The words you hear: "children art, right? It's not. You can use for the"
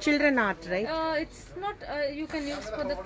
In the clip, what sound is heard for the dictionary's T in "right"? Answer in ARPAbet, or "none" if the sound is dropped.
none